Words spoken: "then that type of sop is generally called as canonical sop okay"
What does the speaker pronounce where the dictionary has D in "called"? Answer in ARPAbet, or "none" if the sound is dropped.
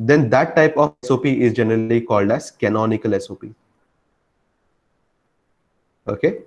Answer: D